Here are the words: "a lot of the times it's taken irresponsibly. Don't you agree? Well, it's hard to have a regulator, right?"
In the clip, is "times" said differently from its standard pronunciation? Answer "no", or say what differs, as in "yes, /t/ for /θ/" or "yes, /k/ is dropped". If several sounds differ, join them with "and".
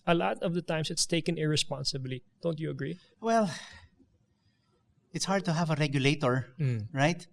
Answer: yes, /s/ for /z/